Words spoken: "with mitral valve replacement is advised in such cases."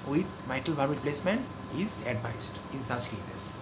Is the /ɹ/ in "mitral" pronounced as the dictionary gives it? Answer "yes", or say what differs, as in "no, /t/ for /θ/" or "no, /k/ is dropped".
no, /ɹ/ is dropped